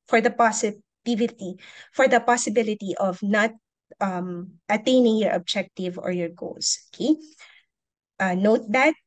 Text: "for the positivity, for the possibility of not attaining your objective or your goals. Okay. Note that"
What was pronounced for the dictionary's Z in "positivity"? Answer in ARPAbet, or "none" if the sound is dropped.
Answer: S